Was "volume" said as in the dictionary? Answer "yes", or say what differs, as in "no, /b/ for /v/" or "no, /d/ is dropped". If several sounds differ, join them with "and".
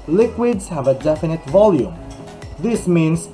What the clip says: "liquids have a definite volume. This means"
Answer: yes